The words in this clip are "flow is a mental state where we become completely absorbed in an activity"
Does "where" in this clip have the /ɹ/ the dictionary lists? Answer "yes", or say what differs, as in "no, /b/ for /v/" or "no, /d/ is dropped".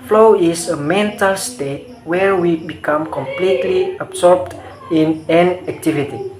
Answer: yes